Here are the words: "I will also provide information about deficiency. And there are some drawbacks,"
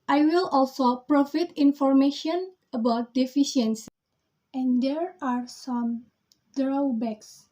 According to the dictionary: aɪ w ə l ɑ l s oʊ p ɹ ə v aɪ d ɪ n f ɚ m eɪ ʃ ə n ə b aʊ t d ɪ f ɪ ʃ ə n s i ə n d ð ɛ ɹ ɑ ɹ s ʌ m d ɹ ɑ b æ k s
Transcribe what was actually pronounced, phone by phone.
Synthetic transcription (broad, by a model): aɪ w ə l ɑ l s oʊ p ɹ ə f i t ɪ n f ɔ m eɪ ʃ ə n ə b aʊ t d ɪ f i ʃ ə n s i ə n d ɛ ɹ ɑ ɹ s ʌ m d ɹ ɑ b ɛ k s